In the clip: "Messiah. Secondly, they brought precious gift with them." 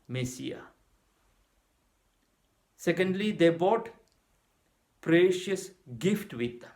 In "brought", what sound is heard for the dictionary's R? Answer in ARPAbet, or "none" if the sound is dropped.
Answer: none